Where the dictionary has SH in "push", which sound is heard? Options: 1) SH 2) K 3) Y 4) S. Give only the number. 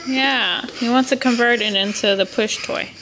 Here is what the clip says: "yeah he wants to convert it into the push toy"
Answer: 1